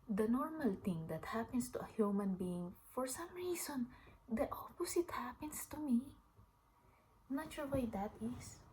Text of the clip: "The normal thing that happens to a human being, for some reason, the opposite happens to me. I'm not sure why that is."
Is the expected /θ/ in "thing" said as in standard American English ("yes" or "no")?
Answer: no